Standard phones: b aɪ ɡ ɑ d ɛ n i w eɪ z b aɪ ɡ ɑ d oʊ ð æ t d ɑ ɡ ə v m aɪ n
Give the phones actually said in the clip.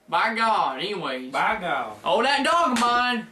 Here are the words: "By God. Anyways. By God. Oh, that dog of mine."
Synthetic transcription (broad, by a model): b aɪ ɡ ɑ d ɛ n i w eɪ b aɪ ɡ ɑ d oʊ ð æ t d ɑ ɡ m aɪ n